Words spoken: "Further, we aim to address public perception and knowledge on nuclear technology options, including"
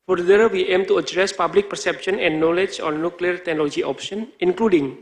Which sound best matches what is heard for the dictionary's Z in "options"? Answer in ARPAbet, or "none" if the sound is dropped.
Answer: none